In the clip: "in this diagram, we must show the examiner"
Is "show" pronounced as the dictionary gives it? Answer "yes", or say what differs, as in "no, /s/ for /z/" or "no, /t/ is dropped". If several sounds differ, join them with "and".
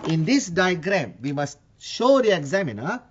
yes